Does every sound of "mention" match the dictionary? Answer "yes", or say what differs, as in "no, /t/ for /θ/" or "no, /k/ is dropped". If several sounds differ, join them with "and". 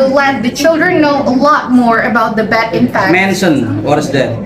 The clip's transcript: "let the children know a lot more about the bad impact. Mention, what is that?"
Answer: no, /s/ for /ʃ/